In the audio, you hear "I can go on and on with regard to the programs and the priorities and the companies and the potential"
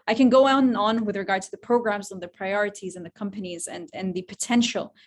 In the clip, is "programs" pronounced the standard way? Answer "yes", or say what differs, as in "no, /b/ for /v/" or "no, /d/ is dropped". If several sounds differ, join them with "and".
yes